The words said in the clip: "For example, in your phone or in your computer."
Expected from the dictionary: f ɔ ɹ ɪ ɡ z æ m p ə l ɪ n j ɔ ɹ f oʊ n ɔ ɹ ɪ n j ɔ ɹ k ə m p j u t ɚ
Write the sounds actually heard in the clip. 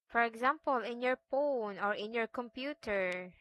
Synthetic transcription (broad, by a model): f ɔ ɹ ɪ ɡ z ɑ m p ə l ɪ n j ɔ ɹ p oʊ n ɔ ɹ ɪ n j ɔ ɹ k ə m p j u t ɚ